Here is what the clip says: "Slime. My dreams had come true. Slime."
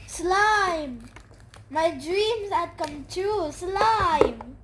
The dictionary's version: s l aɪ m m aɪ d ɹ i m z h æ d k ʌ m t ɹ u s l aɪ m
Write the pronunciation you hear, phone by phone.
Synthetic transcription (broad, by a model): s l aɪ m m aɪ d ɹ i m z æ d k ʌ m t u s l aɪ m